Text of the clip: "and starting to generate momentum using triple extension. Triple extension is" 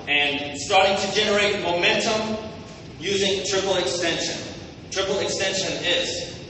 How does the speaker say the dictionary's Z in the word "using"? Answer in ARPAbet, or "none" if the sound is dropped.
Z